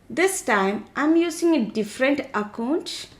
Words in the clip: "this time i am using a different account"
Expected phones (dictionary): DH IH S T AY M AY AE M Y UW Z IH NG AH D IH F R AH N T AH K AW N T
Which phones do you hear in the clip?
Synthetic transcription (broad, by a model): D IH S T AY M AY M Y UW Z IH NG AH D IH F R AH N T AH K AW N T